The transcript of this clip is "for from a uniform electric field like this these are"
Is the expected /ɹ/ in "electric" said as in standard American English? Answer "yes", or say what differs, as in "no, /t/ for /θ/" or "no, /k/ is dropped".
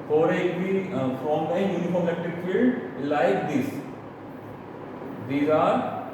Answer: no, /ɹ/ is dropped